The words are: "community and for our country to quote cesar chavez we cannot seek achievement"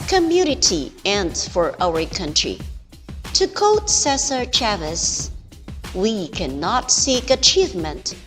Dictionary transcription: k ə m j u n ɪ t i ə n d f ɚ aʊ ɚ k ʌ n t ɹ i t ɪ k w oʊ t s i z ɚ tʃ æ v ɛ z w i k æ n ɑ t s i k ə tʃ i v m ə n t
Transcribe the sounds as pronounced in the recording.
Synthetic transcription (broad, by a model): k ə m j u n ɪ t i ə n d f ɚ aʊ ɚ k ʌ n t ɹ i t ɪ k oʊ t s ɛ s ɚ tʃ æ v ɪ s w i k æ n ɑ t s i k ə tʃ i v m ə n t